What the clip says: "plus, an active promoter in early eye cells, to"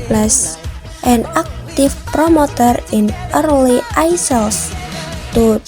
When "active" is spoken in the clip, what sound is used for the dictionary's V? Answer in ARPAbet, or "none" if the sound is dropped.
F